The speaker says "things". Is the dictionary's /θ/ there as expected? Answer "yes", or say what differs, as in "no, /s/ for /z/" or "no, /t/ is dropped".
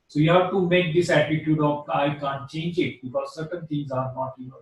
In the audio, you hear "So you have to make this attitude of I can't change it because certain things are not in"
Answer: no, /t/ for /θ/